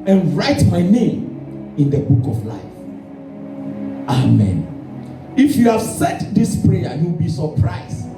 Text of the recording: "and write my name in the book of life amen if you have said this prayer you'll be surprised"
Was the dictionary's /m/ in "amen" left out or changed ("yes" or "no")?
no